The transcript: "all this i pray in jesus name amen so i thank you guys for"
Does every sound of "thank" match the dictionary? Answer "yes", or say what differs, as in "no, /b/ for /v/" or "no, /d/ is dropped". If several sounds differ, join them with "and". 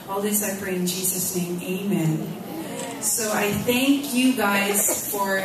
yes